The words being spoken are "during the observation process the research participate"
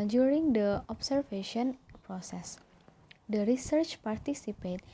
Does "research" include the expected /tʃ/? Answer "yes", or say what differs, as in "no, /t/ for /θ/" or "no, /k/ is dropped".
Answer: yes